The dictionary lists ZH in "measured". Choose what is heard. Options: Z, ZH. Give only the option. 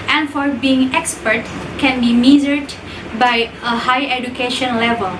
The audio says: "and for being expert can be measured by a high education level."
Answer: Z